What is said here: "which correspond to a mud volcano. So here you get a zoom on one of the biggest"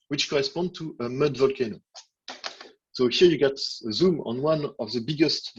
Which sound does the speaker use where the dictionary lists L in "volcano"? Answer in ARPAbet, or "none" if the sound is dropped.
L